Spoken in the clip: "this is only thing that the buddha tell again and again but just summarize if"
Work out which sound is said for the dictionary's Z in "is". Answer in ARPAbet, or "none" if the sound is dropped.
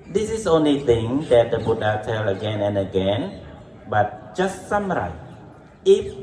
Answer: S